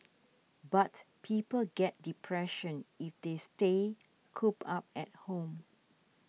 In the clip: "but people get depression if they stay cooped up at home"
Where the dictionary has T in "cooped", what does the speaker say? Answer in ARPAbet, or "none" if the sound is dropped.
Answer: none